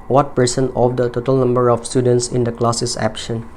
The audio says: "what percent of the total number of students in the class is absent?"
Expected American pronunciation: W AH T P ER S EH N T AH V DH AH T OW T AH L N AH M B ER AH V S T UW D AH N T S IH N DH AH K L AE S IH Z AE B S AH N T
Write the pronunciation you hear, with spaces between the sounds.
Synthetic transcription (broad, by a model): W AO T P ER S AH N AH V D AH T OW T AH L N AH M B ER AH F S T UW D AH N T S IH N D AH K L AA S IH S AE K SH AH N